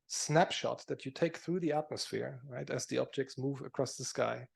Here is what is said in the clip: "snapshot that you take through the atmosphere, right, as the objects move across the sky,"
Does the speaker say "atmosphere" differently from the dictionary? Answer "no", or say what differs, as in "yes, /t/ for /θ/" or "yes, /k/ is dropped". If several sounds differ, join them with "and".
no